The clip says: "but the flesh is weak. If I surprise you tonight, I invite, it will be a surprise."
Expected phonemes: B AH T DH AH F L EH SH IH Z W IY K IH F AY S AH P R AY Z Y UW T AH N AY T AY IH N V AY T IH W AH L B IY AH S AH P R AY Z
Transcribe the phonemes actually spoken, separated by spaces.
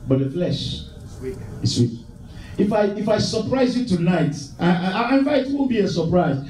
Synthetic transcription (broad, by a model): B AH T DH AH F L EH SH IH S W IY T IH F AY S AH P R AY Z Y UW T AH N AY T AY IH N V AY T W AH N B IY AH S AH P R AY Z